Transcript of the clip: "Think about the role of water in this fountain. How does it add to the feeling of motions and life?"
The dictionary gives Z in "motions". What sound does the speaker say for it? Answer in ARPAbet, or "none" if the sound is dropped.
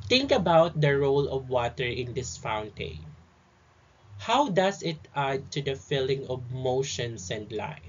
S